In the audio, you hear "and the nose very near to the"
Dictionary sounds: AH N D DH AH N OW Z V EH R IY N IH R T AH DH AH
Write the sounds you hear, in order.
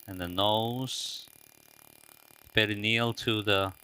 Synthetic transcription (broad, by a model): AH N DH AH N OW Z B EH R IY N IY L T AH DH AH